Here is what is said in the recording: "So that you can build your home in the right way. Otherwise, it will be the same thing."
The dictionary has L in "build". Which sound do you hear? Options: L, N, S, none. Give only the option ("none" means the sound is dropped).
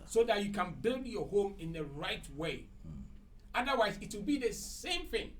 L